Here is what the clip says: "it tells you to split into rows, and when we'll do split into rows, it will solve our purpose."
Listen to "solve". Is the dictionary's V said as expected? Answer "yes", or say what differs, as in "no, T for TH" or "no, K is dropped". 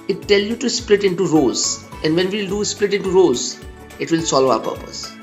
no, V is dropped